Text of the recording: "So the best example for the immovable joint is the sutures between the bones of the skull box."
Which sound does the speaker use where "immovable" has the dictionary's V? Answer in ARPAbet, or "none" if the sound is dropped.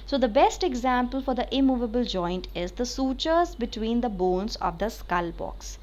V